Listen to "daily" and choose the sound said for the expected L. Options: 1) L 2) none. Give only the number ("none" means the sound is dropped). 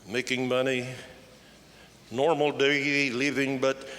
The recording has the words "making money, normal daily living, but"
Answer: 2